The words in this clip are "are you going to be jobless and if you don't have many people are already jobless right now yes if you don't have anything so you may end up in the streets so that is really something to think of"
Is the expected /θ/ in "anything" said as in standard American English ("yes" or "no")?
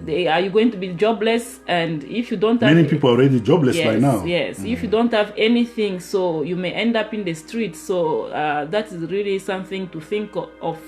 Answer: yes